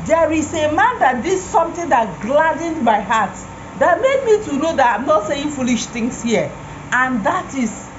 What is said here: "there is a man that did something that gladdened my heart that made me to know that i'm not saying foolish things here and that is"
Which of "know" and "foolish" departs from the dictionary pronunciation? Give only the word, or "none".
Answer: none